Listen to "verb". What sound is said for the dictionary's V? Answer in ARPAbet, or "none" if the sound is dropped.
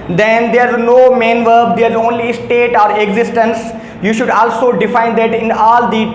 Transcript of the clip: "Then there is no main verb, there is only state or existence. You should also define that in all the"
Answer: V